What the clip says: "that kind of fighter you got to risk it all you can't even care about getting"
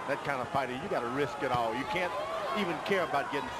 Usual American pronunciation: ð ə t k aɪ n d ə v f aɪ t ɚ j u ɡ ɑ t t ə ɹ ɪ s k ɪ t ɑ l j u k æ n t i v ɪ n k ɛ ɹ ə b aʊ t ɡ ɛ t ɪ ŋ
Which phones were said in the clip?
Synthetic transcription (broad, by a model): ð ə t k aɪ n d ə f aɪ t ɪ j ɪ ɡ ɑ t t ə ɹ ɪ s k ɪ t ɑ l j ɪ k æ n t i v ɪ n k ɛ ɹ ə b aʊ t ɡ ɛ t ɪ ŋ